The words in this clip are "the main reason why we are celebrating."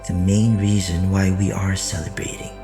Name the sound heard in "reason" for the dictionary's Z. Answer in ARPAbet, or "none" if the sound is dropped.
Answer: Z